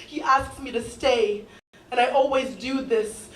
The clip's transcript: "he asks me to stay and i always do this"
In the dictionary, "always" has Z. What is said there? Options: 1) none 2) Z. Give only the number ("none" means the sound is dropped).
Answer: 2